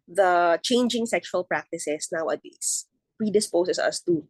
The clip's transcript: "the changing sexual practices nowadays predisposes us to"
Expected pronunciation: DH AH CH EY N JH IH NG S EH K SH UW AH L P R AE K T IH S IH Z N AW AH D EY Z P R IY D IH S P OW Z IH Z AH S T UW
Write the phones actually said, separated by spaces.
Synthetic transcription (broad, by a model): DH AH CH EY N JH IH NG S EH K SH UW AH L P R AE K T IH S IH S N AW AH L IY S P R IY D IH S P OW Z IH S AH S T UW